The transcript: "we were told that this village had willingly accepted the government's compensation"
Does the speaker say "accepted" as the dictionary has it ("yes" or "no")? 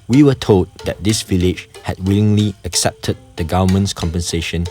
yes